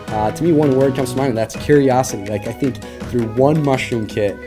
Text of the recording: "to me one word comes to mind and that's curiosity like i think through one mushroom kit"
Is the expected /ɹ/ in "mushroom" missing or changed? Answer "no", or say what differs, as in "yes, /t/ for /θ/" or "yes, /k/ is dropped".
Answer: yes, /ɹ/ is dropped